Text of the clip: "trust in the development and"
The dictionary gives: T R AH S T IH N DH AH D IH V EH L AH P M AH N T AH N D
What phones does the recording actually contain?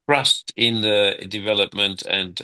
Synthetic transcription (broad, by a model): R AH S T IH N DH AH D IH V EH L AH P M AH N T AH N